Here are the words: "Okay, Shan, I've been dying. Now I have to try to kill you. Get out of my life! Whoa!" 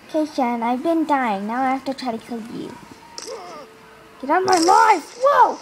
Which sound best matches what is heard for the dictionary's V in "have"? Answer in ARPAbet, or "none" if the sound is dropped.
F